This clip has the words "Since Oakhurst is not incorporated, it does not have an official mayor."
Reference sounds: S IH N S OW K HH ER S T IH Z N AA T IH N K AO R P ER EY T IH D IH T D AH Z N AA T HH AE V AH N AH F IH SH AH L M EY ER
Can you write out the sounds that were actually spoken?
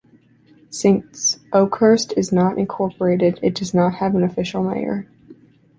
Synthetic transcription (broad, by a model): S IH N S OW K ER S T IH Z N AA T IH N K AO R P ER EY T IH D IH T D AH Z N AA T HH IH V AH N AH F IH SH L M EY ER